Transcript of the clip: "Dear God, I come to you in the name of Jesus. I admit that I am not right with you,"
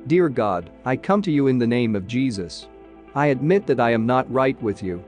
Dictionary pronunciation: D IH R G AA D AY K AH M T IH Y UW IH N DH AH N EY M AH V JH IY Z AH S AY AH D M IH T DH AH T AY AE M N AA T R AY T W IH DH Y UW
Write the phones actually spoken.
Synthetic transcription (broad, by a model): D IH R G AA D AY K AH M T IH Y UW IH N DH AH N EY M AH V JH IY Z AH S AY AH D M IH T DH AH T AY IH M N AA T R AY T W IH DH Y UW